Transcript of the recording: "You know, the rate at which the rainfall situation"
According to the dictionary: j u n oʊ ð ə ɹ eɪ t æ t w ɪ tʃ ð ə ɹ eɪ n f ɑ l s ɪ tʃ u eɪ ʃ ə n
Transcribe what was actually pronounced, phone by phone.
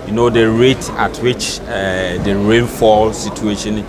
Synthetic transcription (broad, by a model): j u n oʊ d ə ɹ eɪ t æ t w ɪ tʃ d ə ɹ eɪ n f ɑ l s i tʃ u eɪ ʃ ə n